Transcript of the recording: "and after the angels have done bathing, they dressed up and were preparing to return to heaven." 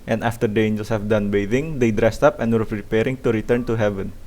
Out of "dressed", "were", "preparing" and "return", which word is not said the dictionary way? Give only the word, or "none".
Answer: none